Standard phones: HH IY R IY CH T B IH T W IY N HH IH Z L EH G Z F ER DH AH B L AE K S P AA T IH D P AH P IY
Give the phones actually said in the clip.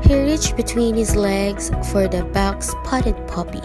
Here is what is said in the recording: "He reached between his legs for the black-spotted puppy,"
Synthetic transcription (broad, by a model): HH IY R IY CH B IH T W IY N HH IH Z L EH G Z F ER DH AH B AE K S P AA T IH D P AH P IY